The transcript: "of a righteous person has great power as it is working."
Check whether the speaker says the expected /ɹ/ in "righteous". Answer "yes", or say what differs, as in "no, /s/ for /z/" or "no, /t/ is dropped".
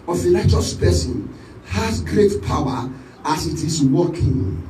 no, /l/ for /ɹ/